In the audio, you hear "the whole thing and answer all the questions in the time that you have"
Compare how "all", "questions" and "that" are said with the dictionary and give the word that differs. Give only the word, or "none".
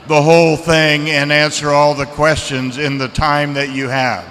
none